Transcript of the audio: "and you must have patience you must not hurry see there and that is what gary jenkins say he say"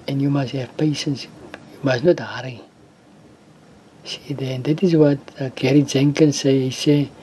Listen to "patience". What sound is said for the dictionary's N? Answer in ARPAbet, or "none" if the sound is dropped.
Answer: N